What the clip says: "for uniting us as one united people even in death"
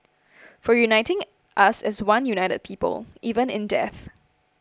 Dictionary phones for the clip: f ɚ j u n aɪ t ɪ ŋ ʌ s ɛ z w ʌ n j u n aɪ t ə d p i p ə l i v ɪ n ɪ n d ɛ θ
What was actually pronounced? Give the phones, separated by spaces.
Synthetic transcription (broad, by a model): f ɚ j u n aɪ t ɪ ŋ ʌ s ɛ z w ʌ n j u n aɪ t ə d p i p ə l i v ɪ n ɪ n d ɛ θ